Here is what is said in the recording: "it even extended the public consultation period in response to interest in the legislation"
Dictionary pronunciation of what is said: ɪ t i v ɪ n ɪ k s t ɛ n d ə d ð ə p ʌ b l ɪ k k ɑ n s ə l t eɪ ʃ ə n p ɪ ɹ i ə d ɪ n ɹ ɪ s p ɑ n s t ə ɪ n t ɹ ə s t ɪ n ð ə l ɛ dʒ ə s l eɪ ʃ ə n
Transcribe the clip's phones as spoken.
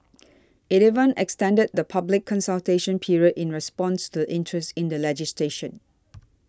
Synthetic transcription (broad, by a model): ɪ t i v ɪ n ɪ k s t ɛ n d ə d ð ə p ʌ b l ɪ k k ɑ n s ə l t eɪ ʃ ə n p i ɹ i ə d ɪ n ɹ ɪ s p ɑ n s t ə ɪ n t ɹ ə s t ɪ n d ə l ɛ dʒ ə s l eɪ ʃ ə n